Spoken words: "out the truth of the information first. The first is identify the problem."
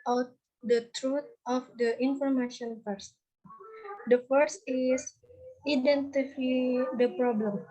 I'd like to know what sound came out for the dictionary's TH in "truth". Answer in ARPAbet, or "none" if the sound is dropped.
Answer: T